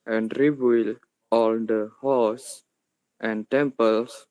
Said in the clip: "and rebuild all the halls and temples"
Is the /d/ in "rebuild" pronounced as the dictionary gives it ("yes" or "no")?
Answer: no